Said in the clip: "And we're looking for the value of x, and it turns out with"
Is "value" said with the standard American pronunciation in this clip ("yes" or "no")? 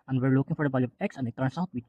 no